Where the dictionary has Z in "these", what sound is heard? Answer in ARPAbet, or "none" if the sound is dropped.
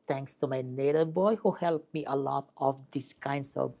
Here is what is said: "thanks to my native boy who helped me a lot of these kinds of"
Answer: S